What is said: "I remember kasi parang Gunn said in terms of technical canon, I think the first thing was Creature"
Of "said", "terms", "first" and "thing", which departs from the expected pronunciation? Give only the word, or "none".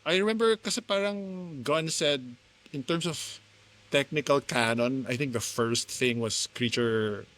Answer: terms